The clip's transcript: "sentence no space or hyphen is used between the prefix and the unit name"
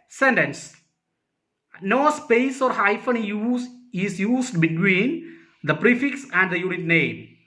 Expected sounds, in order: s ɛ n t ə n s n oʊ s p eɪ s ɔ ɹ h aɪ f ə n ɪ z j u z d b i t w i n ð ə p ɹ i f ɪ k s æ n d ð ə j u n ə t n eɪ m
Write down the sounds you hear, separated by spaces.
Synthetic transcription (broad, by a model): s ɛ n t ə n s n oʊ s p eɪ s ɔ ɹ h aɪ f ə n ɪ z j u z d b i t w i n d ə p ɹ i f ɪ k s æ n d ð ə j u n ə t n eɪ m